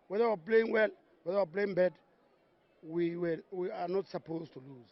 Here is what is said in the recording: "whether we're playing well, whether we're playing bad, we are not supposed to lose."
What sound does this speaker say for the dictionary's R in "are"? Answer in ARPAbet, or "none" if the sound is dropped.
W